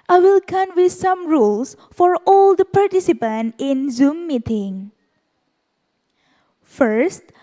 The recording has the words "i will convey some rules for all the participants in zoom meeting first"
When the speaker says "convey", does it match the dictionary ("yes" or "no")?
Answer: no